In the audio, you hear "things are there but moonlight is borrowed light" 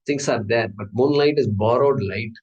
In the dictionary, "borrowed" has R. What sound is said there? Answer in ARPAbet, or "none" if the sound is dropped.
R